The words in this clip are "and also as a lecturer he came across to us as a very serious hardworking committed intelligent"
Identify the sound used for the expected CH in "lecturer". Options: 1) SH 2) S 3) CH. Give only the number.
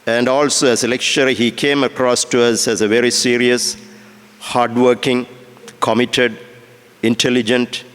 1